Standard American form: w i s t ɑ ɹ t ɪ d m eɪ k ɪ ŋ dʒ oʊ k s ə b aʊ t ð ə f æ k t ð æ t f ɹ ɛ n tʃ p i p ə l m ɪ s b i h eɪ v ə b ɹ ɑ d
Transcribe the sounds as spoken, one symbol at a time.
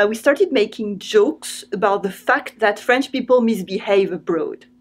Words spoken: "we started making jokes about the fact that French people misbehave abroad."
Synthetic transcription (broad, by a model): w i s t ɑ ɹ t ɪ d m eɪ k ɪ ŋ dʒ oʊ k s ə b aʊ t ð ə f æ k t ð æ t f ɹ ɛ n tʃ p i p ə l m ɪ s b i h eɪ v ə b ɹ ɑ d